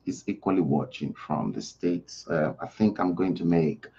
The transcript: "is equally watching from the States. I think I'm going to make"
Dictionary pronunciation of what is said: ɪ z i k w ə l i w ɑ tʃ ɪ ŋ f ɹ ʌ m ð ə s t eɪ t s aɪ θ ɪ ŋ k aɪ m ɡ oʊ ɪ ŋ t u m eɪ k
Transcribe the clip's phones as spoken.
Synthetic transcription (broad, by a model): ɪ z i k w ə l i w ɑ tʃ ɪ ŋ f ɹ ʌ m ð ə s t eɪ t s aɪ θ ɪ ŋ k aɪ m ɡ oʊ ɪ ŋ t u m eɪ k